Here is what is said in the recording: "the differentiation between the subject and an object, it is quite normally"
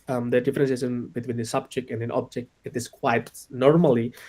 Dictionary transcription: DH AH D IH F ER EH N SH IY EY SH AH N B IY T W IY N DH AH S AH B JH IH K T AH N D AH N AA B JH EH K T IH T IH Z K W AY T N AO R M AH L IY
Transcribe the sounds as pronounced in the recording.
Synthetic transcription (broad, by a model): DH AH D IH F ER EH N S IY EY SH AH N B IY T W IY N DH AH S AH B JH IH K T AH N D AH N AA B JH EH K T IH T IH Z K W AY T N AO R M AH L IY